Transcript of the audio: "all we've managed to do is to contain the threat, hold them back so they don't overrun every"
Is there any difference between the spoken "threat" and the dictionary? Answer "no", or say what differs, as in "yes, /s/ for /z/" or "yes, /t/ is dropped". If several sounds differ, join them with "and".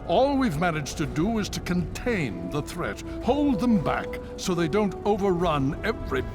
no